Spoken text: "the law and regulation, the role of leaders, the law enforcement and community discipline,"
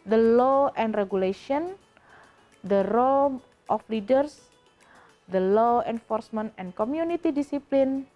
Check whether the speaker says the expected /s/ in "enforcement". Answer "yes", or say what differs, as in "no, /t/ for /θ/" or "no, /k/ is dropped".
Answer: yes